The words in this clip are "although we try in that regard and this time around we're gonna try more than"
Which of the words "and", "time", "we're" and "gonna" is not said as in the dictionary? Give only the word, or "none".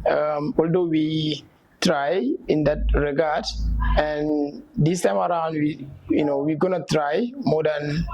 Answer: we're